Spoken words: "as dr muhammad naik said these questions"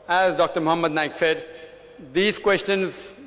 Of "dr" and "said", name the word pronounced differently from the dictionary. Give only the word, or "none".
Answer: none